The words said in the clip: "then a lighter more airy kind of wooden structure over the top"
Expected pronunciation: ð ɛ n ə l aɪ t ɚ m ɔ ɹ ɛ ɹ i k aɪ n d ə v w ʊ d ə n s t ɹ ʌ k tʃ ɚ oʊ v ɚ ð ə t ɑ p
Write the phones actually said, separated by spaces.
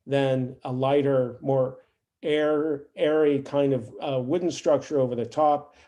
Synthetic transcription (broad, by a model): ð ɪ n ə l aɪ t ɚ m ɔ ɹ ɛ ɹ i k aɪ n d ə v w ʊ d n s t ɹ ʌ k tʃ ɚ oʊ v ɚ ð ə t ɑ p